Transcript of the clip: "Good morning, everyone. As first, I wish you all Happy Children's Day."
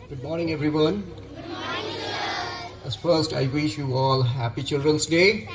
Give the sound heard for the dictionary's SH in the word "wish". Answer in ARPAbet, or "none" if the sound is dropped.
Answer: SH